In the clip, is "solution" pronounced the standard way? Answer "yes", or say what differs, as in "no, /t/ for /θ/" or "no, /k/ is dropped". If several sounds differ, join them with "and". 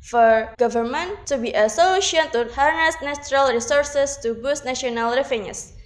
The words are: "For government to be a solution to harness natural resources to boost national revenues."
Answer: no, /ʃ/ is dropped